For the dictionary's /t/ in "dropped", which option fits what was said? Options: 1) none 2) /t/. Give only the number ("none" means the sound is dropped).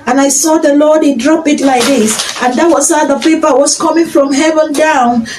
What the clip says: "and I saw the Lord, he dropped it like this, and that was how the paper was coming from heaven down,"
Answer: 1